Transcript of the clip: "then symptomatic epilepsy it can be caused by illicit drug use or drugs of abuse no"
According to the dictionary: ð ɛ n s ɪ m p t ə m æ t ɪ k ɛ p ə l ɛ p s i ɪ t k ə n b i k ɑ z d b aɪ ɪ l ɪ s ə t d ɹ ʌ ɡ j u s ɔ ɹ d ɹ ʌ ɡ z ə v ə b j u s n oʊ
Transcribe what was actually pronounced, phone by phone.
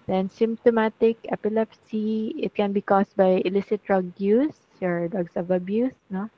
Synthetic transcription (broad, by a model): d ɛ n s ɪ m p t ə m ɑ t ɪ k ɛ p ə l ɛ p s i ɪ t k ə n b i k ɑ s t b aɪ ɪ l ɪ s ə t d ɹ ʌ ɡ j u s ɔ ɹ d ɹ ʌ ɡ s ə v ə b j u s n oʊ